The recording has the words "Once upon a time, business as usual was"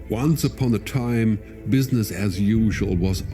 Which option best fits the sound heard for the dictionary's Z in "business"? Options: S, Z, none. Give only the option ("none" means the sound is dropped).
Z